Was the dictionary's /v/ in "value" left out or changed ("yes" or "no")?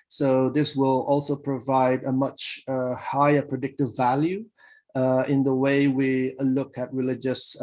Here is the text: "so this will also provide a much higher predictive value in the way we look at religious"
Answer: no